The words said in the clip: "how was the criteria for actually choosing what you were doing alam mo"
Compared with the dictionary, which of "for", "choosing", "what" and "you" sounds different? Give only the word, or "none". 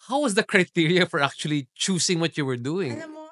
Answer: choosing